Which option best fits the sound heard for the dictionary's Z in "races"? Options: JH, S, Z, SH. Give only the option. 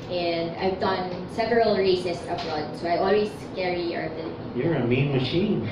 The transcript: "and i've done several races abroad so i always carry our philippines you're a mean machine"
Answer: S